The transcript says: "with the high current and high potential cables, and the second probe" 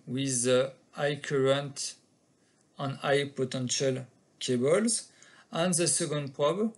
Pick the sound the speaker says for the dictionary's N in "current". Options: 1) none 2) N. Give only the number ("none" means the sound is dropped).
2